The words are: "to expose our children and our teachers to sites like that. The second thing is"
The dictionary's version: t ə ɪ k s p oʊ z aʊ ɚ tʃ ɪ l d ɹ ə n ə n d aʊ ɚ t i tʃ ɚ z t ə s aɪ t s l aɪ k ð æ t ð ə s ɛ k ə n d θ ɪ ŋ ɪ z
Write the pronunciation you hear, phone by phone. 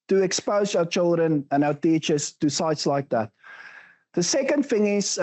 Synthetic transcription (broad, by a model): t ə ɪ k s p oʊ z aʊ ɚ tʃ ɪ l d ɹ ə n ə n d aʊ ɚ t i tʃ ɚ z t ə s aɪ t s l aɪ k ð æ t ð ə s ɛ k ə n d f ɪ ŋ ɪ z